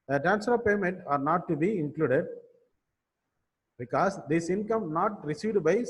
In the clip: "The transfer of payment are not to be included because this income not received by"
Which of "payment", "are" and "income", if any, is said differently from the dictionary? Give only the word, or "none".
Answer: none